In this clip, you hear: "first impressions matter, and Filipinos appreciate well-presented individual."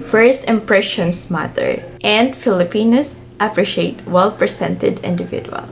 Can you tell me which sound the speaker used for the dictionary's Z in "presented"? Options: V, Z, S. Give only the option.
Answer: S